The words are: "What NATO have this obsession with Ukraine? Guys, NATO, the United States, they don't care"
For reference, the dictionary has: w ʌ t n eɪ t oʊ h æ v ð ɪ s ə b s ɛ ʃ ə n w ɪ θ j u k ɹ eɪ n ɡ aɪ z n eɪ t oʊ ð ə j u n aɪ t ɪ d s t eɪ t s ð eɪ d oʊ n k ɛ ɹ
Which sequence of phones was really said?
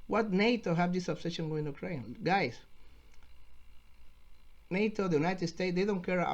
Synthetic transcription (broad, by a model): w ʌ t n eɪ t oʊ h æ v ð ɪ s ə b s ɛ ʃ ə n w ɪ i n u k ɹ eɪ n ɡ aɪ s n eɪ t oʊ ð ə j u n aɪ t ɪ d s t eɪ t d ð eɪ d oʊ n k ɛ ɹ